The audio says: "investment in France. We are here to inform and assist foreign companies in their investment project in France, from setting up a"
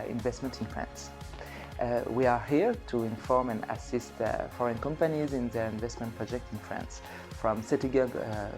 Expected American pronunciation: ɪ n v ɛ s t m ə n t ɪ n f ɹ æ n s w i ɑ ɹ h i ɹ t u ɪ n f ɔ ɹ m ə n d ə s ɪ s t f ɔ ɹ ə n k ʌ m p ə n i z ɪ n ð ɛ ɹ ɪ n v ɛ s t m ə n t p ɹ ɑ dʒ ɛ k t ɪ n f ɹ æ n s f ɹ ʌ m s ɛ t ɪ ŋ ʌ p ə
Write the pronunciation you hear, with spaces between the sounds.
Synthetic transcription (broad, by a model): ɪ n v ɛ s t m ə n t ɪ n f ɹ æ n s w i ɑ ɹ h i ɹ t u ɪ n f ɔ ɹ m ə n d ə s ɪ s t f ɔ ɹ ə n k ʌ m p ə n i z ɪ n ð ɛ ɹ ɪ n v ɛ s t m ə n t p ɹ ɑ dʒ ɛ k t ɪ n f ɹ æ n s f ɹ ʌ m s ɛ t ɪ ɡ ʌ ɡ